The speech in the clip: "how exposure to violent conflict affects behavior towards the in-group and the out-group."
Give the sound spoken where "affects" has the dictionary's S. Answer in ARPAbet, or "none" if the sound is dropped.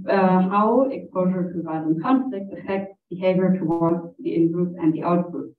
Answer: none